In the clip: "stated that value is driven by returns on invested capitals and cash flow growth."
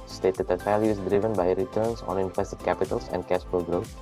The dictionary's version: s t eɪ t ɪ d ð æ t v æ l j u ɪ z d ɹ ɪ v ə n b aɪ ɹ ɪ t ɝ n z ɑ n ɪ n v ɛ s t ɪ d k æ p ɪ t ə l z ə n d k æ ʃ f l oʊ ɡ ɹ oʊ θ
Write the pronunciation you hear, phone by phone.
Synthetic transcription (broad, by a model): s t eɪ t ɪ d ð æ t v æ l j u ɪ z d ɹ ɪ v ə n b aɪ ɹ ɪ t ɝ n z ɑ n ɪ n f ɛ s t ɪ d k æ p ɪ t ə l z ə n d k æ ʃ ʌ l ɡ ɹ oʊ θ